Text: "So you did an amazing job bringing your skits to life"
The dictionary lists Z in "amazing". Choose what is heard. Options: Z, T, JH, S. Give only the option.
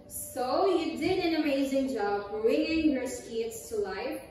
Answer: Z